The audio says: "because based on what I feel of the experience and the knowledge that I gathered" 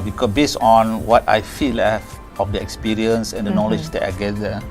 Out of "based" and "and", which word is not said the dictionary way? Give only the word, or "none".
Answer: based